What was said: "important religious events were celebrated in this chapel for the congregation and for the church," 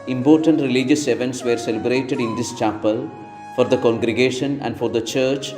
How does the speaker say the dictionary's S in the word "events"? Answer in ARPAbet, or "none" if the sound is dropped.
S